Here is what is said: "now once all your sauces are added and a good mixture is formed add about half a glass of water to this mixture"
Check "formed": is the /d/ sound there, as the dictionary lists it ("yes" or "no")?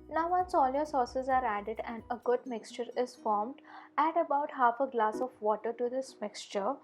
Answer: yes